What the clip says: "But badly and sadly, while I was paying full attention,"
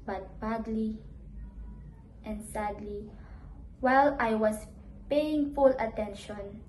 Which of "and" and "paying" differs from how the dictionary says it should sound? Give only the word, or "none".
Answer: none